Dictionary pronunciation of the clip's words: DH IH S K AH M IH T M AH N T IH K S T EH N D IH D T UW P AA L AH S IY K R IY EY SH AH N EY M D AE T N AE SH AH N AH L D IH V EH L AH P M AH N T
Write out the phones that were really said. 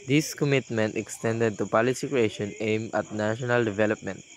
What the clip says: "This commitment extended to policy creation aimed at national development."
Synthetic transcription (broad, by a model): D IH S K AH M IH T M AH N T IH K S T EH N D IH D T UW P AA L AH S IY K R IY EY SH AH N EY M AA T N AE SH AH N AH L D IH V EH L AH P M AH N T